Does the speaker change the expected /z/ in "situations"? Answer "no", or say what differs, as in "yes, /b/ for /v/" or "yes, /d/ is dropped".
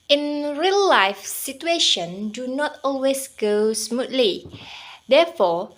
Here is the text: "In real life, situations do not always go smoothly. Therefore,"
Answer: yes, /z/ is dropped